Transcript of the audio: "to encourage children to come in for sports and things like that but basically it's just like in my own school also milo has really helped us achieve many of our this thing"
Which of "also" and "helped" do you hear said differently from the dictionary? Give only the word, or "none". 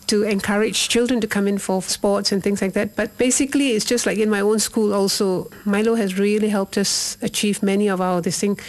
none